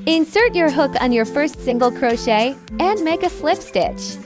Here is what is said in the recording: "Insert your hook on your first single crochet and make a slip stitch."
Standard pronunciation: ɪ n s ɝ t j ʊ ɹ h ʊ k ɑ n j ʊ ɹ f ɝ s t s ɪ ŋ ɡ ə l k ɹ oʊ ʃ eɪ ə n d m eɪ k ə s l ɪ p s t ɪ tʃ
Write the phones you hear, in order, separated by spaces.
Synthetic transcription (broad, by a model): ɪ n s ɝ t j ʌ ɹ h ʊ k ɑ n j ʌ ɹ f ɝ s t s ɪ ŋ ɡ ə l k ɹ oʊ ʃ eɪ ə n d m eɪ k ə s l ɪ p s t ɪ tʃ